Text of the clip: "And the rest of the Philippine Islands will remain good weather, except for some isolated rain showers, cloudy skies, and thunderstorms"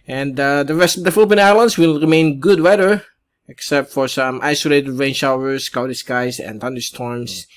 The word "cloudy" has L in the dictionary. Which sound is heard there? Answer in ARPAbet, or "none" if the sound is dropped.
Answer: none